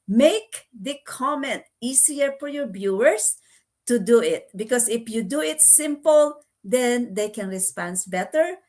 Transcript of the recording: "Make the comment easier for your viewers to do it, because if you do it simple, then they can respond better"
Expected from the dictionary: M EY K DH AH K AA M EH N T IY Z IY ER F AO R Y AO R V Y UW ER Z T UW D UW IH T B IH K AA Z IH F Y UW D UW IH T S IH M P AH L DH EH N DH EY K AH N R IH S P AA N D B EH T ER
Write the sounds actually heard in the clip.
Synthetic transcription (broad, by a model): M EY K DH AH K AA M EH N T IY S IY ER F AO R Y AO R B Y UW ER S T UW D UW IH T B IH K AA S IH F Y UW D UW IH T S IH M P AH L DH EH N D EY K AH N R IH S P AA N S B EH T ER